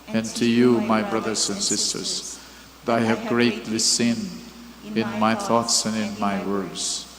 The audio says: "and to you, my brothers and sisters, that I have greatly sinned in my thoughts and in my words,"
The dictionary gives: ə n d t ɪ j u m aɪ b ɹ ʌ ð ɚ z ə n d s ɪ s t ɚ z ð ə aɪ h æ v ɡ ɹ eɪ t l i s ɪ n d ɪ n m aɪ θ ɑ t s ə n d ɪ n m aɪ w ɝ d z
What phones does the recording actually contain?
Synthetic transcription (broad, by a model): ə n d t ɪ j u m aɪ b ɹ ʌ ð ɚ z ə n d s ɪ s t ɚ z ð ə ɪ h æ v ɡ ɹ eɪ t l i s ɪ n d ɪ n m aɪ θ ɑ t s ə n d ɪ n m aɪ w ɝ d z